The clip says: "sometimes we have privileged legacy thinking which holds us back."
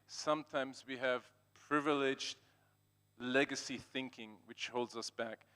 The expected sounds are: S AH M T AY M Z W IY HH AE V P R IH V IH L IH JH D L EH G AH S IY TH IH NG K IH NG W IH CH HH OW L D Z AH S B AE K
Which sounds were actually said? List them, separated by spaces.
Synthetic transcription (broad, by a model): S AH M T AY M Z W IY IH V P R IH V IH L IH JH D L EH G AH S IY TH IH NG K IH NG W IH CH HH OW L D Z AH S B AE K